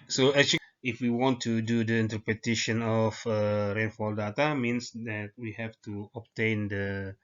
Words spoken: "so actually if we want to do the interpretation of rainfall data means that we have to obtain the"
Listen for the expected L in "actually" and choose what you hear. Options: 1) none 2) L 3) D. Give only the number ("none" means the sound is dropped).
1